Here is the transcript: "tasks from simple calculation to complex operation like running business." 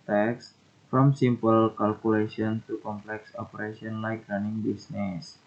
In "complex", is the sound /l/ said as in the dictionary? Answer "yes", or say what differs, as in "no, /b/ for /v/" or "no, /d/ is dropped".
yes